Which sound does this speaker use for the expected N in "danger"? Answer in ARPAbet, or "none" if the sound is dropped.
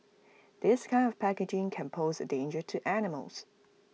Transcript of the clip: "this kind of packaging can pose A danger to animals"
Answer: N